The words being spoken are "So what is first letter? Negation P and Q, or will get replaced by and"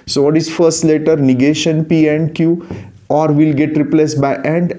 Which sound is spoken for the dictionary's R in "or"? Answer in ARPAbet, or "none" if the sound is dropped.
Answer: R